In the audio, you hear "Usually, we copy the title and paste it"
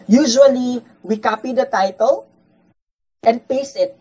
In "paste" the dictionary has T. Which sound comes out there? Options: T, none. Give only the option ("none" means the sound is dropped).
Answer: none